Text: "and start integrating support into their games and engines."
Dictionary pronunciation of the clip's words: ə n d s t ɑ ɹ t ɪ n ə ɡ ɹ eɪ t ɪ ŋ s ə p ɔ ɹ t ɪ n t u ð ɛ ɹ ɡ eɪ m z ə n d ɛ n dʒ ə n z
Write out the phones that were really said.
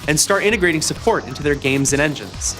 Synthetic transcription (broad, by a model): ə n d s t ɑ ɹ t ɪ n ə ɡ ɹ eɪ t ɪ ŋ s ə p ɔ ɹ t ɪ n t u ð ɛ ɹ ɡ eɪ m z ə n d ɛ n dʒ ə n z